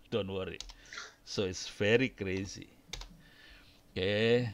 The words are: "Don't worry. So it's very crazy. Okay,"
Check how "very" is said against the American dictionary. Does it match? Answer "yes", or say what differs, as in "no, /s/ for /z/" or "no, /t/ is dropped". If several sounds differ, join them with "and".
no, /f/ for /v/